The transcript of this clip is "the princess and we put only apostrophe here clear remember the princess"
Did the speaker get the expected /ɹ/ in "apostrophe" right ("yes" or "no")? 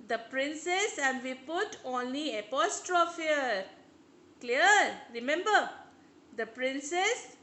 yes